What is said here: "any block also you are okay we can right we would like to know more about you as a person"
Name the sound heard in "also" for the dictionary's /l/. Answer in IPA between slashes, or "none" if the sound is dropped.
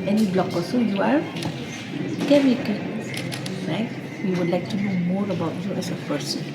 none